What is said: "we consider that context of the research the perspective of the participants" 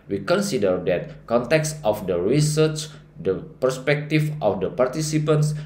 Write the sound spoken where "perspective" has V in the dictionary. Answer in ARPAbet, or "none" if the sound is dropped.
F